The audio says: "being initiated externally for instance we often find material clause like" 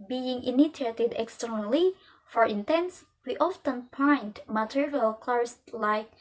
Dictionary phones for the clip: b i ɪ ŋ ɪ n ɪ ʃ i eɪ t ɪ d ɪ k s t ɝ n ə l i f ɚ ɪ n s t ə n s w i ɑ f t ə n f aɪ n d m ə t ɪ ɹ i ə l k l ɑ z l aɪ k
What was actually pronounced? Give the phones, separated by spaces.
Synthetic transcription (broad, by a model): b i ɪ ŋ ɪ n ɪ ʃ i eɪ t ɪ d ɪ k s t ɝ n ə l i f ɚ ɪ n t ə n s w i ɑ f t ə n p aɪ n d m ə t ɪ ɹ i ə l k l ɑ s l aɪ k